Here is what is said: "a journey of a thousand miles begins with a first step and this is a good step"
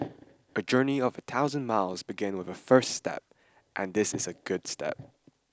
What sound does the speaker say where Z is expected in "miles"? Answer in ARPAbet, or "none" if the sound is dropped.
Z